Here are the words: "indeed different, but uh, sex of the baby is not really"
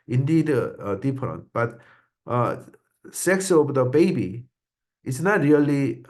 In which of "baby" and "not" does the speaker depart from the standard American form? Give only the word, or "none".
none